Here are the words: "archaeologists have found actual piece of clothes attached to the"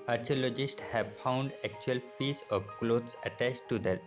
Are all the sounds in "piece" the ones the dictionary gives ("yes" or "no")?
no